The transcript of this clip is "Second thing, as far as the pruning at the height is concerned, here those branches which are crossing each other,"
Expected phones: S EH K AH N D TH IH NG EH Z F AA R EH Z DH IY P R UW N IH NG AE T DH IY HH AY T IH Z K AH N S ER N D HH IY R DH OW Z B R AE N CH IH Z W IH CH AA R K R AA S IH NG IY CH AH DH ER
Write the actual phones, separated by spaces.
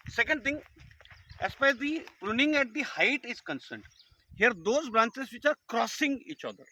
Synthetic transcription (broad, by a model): S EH K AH N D T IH NG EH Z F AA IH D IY P R UW N IH NG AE T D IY HH AY T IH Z K AH N S ER N D HH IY R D OW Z B R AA N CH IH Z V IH CH AA R K R AA S IH NG IY CH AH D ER